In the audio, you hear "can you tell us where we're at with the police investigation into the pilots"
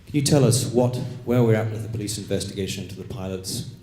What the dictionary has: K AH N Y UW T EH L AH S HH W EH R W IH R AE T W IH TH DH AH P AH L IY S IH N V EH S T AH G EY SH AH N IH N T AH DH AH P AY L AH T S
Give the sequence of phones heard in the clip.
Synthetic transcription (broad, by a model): K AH N Y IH T EH L AH S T W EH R W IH R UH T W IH DH AH P AH L IY S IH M V EH S T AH G EY AH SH IH N T AH DH AH P AY L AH T S